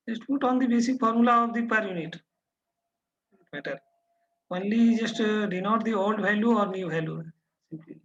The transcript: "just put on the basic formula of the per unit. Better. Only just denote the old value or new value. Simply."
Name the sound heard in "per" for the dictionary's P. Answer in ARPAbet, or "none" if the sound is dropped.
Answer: P